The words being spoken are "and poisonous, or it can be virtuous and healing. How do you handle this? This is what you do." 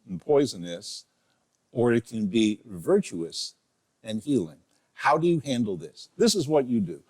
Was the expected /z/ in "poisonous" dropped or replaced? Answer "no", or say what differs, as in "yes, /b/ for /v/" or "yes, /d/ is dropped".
no